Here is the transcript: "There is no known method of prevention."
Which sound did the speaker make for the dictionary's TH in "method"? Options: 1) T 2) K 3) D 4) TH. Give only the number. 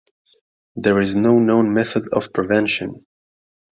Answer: 4